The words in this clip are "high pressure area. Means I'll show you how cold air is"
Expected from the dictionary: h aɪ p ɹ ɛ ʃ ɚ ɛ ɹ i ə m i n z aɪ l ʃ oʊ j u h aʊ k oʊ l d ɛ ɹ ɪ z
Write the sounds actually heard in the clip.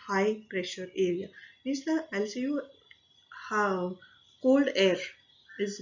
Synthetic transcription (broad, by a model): h aɪ p ɹ ɛ ʃ ɚ ɛ ɹ i ə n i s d aɪ l s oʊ j u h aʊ k oʊ l d ɛ ɹ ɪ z